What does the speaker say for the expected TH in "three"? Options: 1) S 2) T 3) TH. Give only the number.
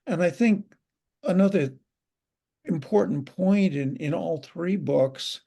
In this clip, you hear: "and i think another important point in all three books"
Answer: 3